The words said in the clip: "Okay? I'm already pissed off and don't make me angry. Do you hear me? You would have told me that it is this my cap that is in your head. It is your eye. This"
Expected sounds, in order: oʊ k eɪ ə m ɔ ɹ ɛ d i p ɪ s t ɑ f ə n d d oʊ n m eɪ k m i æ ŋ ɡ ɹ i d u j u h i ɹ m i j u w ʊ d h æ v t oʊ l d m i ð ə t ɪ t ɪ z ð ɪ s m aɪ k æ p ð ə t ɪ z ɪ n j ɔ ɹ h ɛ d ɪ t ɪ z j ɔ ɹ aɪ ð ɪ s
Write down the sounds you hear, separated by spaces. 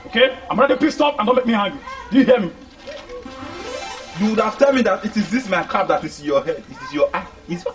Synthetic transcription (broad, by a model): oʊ k eɪ ə m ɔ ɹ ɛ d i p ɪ s t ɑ p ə n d d oʊ n m eɪ k m i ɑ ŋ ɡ i d u j u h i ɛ m i j u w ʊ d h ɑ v t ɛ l m i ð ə t ɪ t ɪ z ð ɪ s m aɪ k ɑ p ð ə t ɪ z ɪ n j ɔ h ɛ d ɪ t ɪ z j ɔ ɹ aɪ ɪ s